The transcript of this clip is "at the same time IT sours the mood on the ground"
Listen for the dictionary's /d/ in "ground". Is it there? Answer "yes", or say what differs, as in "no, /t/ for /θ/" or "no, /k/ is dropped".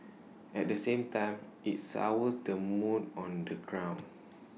no, /d/ is dropped